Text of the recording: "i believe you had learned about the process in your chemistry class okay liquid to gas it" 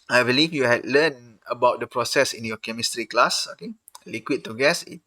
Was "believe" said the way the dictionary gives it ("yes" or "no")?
no